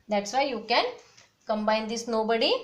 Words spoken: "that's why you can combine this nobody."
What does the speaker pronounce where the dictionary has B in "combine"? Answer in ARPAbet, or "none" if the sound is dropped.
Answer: B